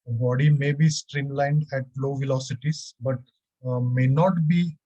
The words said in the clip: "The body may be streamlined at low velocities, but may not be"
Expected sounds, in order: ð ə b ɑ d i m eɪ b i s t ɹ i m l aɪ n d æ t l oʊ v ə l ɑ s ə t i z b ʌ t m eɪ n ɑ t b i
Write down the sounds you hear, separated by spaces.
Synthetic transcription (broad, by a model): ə b ɑ d i m eɪ b i s t ɹ i m l aɪ n d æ t l oʊ v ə l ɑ s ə t i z b ʌ t m eɪ n ɑ t b i